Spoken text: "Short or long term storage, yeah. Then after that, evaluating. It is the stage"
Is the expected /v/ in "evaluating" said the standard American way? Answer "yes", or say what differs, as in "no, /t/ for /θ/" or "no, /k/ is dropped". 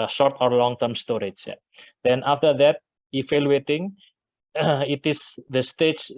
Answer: no, /f/ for /v/